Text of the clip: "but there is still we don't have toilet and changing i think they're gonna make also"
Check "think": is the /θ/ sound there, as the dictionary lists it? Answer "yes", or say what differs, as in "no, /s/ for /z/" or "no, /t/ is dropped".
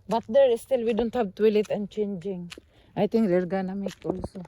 no, /t/ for /θ/